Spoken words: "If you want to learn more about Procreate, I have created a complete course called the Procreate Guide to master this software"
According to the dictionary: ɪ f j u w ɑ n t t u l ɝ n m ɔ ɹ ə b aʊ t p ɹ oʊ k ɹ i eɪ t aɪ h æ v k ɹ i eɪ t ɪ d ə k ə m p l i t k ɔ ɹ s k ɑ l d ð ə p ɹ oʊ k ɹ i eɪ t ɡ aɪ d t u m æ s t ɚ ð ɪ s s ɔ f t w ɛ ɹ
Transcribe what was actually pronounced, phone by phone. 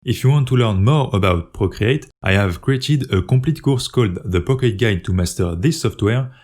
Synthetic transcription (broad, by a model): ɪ f j u w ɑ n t t u l ɝ n m ɔ ɹ ə b aʊ t p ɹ oʊ k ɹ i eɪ t aɪ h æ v k ɹ i eɪ t ɪ d ə k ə p l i t k ɔ ɹ s k ɑ l d ð ə p oʊ k i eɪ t ɡ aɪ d t u m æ s t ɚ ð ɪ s s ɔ f t w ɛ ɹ